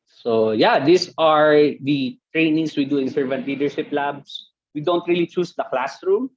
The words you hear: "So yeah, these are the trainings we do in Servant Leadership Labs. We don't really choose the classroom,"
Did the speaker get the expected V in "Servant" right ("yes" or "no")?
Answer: yes